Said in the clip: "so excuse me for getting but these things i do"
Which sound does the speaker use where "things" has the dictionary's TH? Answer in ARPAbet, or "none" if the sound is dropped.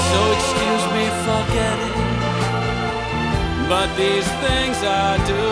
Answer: TH